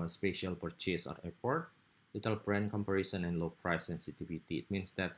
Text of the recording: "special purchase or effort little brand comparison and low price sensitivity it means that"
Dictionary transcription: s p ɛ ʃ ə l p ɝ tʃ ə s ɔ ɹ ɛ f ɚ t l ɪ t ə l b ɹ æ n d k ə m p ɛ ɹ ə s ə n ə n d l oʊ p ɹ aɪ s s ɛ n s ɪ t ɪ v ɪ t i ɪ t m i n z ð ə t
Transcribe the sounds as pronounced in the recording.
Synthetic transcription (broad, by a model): s p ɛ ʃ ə l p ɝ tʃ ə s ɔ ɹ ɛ p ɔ t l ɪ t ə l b ɹ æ n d k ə m p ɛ ɹ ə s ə n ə n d l oʊ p ɹ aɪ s s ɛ n s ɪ t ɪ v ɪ t i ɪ t m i n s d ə t